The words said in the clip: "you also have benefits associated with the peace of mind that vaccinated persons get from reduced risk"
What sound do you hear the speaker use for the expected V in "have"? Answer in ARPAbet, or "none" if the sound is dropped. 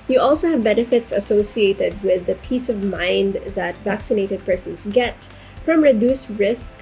V